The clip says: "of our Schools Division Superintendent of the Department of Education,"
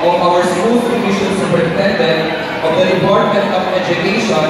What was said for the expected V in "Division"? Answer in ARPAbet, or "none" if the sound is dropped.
none